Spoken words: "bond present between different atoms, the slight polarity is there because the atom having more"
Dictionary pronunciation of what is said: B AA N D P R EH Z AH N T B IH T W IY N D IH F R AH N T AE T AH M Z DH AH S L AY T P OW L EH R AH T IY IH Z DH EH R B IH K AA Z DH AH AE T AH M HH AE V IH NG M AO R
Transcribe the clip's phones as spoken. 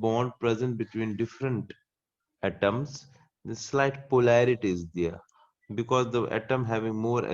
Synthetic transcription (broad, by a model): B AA N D P R EH Z AH N T B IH T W IY N D IH F R AH N T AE T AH M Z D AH S L AY T P OW L EH R AH T IY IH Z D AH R B IH K AA Z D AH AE T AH M HH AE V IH NG M AO R